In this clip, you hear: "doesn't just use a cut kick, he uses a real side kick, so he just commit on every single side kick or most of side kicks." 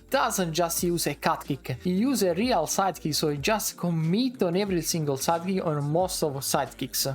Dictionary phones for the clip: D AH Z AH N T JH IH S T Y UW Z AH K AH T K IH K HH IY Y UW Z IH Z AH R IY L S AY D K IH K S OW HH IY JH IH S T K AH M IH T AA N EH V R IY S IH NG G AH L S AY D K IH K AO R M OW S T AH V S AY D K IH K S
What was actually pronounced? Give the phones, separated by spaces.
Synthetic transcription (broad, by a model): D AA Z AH N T JH IH S T Y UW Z AH K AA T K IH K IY Y UW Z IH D AH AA L S AY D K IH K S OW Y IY JH IH S T K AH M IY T AA N EH V R IY S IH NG G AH L S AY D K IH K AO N M OW S T AH V S AY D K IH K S